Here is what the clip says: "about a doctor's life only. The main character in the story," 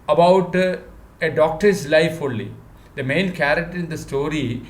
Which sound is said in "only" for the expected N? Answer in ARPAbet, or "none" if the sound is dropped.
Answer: none